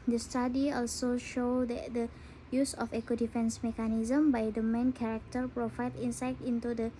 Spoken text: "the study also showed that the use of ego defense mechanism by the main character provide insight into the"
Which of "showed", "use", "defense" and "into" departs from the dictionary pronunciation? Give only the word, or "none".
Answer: none